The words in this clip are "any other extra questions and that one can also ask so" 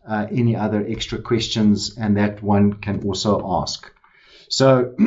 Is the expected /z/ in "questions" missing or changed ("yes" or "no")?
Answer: no